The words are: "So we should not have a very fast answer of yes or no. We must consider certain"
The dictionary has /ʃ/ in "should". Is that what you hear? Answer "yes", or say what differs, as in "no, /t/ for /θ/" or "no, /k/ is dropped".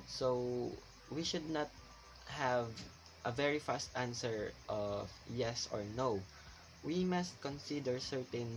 yes